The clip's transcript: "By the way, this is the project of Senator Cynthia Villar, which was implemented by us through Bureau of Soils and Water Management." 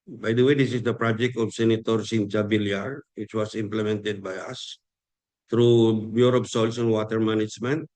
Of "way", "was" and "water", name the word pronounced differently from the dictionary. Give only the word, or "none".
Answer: was